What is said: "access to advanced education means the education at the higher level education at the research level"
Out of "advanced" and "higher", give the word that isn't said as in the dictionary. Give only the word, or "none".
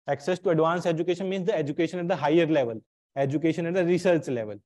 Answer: advanced